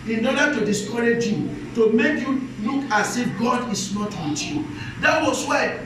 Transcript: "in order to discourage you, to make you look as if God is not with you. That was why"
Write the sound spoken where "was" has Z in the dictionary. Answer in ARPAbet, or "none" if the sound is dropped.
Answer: S